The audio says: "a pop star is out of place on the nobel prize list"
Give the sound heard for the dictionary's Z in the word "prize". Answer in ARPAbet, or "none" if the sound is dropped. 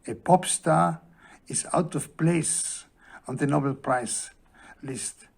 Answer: S